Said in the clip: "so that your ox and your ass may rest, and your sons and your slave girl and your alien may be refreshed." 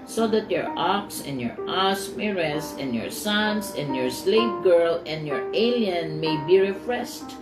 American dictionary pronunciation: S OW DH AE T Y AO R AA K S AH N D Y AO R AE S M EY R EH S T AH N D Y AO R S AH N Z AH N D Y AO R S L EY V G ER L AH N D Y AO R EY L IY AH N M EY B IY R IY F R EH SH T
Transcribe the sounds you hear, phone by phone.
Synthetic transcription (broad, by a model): S OW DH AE T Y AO R AA K S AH N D Y AO R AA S M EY R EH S AH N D Y AO R S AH N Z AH N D Y AO R S L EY P G ER L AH N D Y AO R EY L IY AH N M EY B IY R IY F R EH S T